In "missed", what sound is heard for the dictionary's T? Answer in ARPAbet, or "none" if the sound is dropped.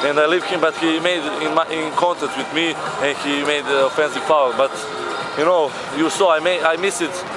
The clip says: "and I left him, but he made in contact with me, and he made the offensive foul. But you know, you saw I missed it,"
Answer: none